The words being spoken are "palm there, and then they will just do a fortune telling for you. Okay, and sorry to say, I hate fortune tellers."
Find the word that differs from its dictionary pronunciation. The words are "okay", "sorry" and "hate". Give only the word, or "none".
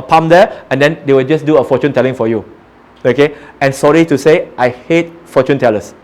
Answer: none